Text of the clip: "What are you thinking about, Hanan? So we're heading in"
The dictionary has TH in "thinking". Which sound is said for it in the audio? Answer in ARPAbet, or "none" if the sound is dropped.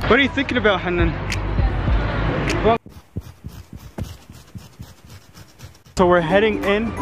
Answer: TH